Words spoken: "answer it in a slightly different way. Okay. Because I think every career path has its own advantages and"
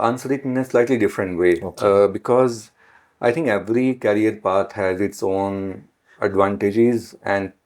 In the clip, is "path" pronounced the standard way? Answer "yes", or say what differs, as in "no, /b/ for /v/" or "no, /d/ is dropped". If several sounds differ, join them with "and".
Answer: no, /t/ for /θ/